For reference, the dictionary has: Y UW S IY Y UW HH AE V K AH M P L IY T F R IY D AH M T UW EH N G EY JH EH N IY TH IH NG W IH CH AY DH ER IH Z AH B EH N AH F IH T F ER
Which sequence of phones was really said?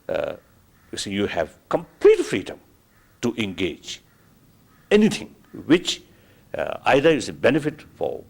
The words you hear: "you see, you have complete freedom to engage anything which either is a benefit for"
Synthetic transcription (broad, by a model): Y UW S IY Y UW HH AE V K AH M P L IY T F R IY D AH M T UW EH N G EY JH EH N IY T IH NG W IH CH AY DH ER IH S AH B EH N AH F IH T F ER